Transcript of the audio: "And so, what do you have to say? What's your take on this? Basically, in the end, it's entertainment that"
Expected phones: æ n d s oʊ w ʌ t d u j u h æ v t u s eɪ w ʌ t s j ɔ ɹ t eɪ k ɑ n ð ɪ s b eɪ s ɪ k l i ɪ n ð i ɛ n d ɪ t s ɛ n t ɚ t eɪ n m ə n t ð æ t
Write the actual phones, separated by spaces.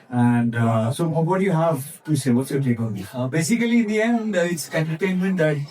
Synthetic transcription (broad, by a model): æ n d s oʊ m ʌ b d j u h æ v t u s eɪ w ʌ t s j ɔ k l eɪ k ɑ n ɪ b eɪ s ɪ k l i n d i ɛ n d ɪ t s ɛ n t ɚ t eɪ n m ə n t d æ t